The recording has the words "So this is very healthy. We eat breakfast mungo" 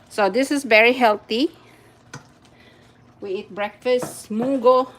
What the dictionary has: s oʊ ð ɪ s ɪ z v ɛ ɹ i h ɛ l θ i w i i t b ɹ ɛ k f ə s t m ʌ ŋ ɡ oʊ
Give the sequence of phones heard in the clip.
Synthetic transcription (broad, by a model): s oʊ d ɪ s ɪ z v ɛ ɹ i h ɛ l t i w i i t b ɹ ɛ k f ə s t m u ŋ ɡ oʊ